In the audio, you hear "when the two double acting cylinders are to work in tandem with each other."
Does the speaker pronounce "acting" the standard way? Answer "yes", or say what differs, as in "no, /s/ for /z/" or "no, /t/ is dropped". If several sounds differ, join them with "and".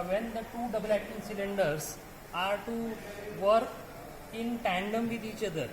no, /k/ is dropped